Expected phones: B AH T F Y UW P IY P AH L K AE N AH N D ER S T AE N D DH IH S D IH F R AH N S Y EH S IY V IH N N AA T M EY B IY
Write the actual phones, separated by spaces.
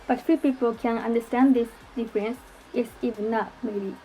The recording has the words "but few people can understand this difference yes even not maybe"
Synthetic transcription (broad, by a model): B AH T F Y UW P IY P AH L K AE N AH N D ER S T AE N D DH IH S D IH F R AH N S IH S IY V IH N N AA T M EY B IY